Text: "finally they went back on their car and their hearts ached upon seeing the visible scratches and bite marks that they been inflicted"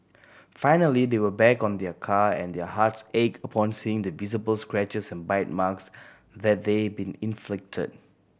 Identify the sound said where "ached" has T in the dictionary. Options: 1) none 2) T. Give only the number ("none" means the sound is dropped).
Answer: 1